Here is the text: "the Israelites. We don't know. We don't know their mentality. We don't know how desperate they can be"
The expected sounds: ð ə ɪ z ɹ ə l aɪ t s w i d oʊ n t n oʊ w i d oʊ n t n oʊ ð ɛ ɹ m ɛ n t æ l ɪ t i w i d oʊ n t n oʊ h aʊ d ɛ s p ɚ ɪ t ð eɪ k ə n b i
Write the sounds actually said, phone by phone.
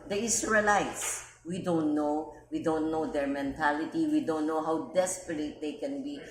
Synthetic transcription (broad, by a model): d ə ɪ s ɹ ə l aɪ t s w i d oʊ n t n oʊ w i d oʊ n t n oʊ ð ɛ ɹ m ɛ n t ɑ l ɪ t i w i d oʊ n t n oʊ h aʊ d ɛ s p ɚ ɪ t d eɪ k ə n b i